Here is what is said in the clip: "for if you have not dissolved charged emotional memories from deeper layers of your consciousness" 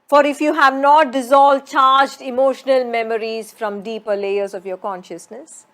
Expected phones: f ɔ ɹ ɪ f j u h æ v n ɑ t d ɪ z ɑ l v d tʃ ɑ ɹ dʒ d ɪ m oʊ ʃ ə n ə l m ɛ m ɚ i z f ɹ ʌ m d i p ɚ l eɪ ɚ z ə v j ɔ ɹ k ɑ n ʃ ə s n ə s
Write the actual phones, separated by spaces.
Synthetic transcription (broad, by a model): f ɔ ɹ ɪ f j u h æ v n ɑ t d ɪ z ɑ l v d tʃ ɑ ɹ dʒ d ɪ m oʊ ʃ ə n ə l m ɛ m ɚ i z f ɹ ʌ m d i p ɚ l eɪ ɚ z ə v j ɔ ɹ k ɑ n ʃ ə s n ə s